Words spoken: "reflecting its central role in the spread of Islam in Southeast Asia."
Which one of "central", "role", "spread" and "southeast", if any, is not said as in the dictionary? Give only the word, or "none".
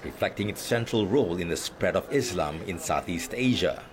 none